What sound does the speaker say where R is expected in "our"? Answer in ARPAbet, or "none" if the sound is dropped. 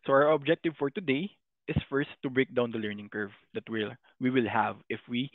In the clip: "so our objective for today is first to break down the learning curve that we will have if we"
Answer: R